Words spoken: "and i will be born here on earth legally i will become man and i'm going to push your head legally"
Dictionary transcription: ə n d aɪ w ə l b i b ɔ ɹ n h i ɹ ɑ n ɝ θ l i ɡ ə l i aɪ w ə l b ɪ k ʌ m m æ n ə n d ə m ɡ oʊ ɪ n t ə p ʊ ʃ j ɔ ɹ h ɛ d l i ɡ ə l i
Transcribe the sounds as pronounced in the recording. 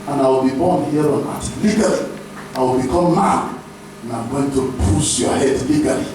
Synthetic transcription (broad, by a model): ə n aɪ w ə l b i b ɔ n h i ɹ ɑ n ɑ t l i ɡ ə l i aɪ w ə l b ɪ k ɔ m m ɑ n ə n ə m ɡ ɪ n t ə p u s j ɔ h ɛ d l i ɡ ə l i